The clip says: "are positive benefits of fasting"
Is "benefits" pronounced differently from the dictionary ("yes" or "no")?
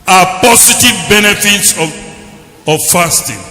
no